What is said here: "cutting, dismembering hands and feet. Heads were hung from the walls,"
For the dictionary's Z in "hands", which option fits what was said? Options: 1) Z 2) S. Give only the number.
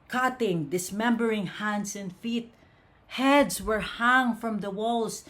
2